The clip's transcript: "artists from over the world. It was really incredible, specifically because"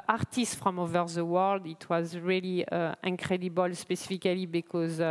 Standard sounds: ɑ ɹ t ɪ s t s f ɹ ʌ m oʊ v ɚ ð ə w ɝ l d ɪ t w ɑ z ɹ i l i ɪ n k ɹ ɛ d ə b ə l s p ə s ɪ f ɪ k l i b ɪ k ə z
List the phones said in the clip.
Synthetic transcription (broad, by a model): ɑ ɹ t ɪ s t f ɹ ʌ m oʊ v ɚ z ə w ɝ l d ɪ t w ɑ z ɹ i l i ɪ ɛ k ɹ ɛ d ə b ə l s p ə s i f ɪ k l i b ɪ k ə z